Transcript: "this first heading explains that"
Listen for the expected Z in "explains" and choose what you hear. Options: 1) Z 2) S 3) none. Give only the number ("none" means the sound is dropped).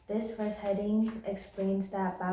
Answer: 1